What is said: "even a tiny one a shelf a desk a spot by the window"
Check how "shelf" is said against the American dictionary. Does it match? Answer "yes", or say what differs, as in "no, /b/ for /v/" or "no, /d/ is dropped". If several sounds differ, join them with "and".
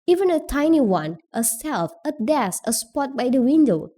no, /s/ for /ʃ/